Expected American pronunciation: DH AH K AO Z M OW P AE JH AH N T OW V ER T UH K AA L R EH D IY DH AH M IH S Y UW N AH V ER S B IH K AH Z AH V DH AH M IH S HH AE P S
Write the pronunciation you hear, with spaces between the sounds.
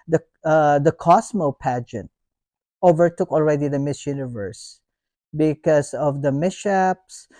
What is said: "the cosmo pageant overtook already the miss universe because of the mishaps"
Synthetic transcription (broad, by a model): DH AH K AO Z M OW P AE JH AH N T OW V ER T UH K AA L R EH D IY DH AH M IH S Y UW N AH V ER S B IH K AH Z AH V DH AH M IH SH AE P S